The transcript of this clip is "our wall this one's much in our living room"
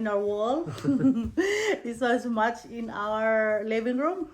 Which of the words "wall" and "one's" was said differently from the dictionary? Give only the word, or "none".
one's